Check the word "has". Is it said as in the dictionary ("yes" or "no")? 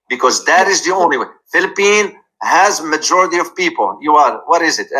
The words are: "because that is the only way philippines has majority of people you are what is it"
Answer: yes